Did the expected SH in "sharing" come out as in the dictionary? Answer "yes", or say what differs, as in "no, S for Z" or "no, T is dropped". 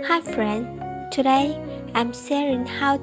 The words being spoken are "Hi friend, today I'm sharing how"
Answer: no, S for SH